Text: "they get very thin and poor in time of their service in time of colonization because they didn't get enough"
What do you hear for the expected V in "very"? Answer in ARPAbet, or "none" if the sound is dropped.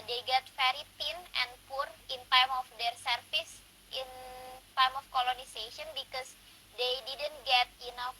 F